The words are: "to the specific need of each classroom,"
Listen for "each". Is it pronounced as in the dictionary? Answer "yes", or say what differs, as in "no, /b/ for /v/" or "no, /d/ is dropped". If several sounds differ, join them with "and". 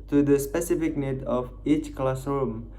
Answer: yes